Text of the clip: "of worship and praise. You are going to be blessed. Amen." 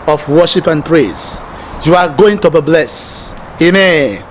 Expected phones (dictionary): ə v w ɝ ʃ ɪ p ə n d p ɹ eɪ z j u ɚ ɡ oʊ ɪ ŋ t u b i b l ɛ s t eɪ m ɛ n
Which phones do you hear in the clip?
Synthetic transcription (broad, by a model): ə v w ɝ ʃ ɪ p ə n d p ɹ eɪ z j u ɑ ɡ oʊ ɪ ŋ t u b i b l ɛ s eɪ m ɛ n